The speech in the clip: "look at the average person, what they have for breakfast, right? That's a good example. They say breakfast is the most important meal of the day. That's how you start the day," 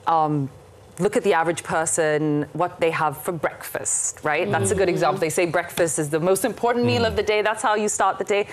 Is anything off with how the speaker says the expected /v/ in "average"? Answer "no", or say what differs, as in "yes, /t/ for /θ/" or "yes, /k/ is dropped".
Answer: no